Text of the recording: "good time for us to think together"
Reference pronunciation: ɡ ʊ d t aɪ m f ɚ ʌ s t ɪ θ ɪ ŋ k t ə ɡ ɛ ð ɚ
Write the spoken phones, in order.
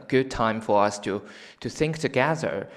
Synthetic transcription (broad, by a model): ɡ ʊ d t aɪ m f ɚ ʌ s t ɪ θ ɪ ŋ k t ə ɡ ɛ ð ɚ